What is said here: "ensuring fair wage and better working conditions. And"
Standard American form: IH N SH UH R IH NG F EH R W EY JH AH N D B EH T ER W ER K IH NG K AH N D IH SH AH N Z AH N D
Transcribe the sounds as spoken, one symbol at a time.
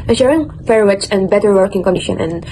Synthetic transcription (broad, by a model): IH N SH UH R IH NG F EH R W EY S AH N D B EH T ER W ER K IH NG K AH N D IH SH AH N AH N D